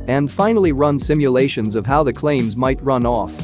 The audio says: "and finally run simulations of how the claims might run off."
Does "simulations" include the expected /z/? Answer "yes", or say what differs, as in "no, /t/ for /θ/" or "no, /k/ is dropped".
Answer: yes